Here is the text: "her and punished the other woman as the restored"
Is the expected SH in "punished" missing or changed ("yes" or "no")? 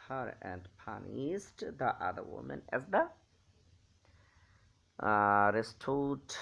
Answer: yes